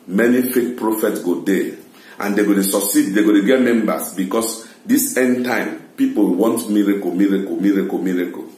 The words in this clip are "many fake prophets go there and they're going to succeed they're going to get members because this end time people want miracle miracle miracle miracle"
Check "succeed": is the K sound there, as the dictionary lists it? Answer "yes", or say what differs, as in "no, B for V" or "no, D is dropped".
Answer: no, K is dropped